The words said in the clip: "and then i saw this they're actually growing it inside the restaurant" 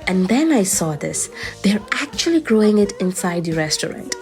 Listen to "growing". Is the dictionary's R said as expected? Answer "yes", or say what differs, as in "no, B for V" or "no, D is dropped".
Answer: yes